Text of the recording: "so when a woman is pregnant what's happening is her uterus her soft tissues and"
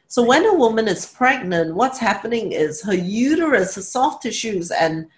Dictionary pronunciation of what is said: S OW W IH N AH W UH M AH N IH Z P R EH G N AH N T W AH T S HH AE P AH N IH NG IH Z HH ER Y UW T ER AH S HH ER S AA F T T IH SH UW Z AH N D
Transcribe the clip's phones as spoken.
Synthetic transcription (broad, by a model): S OW W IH N AH W UH M AH N IH Z P R EH G N AH N T W AH T S HH AE P AH N IH NG IH Z HH ER Y UW T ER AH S HH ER S AA F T T IH SH UW Z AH N